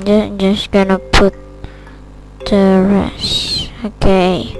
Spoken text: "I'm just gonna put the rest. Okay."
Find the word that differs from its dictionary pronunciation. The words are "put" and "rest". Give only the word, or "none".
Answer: rest